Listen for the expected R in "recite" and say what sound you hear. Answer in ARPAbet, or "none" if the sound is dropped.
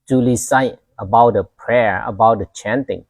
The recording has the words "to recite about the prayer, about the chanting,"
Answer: L